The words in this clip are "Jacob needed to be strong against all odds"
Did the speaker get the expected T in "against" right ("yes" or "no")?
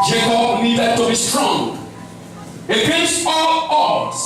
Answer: no